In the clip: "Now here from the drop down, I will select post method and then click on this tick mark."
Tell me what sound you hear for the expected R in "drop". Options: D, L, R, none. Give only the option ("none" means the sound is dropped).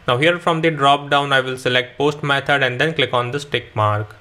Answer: R